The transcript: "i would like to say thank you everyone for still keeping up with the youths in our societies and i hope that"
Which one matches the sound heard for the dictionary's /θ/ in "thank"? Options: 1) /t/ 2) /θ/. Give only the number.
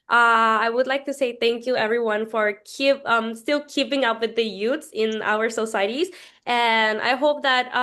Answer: 2